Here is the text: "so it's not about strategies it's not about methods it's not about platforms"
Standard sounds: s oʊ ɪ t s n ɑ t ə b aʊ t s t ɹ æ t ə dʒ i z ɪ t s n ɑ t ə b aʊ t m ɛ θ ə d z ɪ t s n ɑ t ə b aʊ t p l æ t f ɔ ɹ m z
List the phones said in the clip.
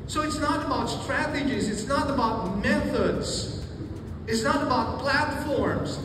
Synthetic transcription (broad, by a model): s oʊ ɪ t s n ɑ t ə b aʊ t s t ɹ æ t ə dʒ i z ɪ t s n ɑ t ə b aʊ t m ɛ θ ə d z ɪ t s n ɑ t ə b aʊ t p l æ t f ɔ ɹ m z